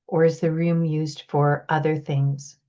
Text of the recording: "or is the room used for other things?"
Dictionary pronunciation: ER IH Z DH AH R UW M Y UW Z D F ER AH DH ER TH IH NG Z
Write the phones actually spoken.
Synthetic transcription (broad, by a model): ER IH Z DH AH R UW M Y UW Z D F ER AH DH ER TH IH NG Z